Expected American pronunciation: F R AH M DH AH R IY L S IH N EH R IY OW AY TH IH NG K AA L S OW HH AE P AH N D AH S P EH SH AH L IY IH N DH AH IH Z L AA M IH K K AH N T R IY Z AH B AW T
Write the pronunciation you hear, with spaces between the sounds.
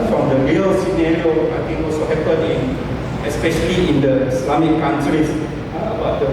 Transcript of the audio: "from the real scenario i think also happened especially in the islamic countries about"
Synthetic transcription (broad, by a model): F R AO M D AH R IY L S IH N EH R IY OW AY T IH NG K AA L S OW HH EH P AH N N AH S P EH SH AH L IY IH N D AH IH S L AA M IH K K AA N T R IY S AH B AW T